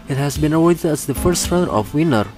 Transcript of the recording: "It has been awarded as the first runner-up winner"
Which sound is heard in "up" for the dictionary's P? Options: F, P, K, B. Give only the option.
F